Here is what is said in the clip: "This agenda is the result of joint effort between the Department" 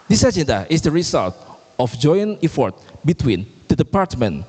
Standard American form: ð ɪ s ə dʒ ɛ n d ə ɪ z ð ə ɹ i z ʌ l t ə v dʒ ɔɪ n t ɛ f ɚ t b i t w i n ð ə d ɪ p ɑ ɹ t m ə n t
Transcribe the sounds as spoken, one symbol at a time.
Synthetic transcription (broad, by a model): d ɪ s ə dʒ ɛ n d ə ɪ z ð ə ɹ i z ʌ l t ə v dʒ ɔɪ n ɛ f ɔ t b i t w i n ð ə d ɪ p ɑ ɹ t m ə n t